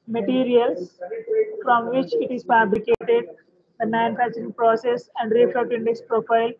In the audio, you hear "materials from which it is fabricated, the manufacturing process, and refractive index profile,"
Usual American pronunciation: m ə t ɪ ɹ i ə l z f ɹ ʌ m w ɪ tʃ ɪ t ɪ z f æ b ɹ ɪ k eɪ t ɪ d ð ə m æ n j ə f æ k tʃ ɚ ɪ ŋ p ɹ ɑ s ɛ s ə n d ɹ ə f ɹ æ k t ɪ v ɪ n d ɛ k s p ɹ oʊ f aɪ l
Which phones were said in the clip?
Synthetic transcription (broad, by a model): m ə t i ɹ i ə l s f ɹ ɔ m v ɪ tʃ ɪ t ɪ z f æ b ɹ ɪ k eɪ t ɪ d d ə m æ n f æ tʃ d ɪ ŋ p ɹ ɑ s ɛ s ə n d ɹ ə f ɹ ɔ t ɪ ɪ n d ɛ k s p ɹ oʊ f aɪ l